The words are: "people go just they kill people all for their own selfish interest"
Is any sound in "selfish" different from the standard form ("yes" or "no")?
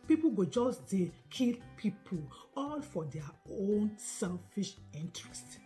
no